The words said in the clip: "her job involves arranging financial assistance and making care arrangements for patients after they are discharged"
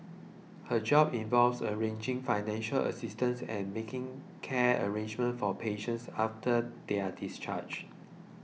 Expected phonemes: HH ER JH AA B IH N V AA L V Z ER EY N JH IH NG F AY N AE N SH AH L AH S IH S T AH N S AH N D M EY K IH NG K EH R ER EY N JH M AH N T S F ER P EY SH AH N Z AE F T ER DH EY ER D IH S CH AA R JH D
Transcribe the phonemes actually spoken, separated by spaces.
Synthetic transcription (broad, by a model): HH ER JH AA B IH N V AA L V S ER EY N JH IH NG F AY N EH N SH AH L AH S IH S T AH N S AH N M EY K IH NG K EH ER EY N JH M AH N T F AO P EY SH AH N S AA F T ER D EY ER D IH S CH AA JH